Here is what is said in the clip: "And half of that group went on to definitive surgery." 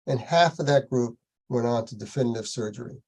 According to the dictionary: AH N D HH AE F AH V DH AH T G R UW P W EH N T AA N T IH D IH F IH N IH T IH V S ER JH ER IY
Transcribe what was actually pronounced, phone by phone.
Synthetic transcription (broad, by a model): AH N HH AE F AH V DH AH T G R UW P W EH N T N T IH D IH F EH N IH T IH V S ER JH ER IY